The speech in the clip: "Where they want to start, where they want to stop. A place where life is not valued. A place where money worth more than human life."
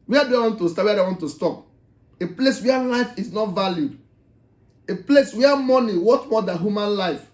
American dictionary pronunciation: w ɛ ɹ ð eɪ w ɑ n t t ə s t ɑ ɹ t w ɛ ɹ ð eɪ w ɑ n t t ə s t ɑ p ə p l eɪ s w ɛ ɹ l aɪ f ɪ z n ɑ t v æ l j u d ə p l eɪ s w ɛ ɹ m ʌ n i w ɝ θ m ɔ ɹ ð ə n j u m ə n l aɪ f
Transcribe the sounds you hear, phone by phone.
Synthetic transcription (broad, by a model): w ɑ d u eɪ w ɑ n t t ə s t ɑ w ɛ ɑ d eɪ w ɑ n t t ə s t ɑ p ə p l eɪ s w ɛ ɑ l aɪ f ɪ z n ɑ t v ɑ l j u d ə p l eɪ s w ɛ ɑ m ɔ n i w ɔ t m ɔ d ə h j u m ə n l aɪ f